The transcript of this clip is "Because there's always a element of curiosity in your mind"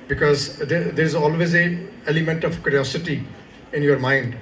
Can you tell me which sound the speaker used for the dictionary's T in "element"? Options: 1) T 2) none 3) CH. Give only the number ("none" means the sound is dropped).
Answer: 1